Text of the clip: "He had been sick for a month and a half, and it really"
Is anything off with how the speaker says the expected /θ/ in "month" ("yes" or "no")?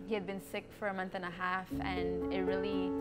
no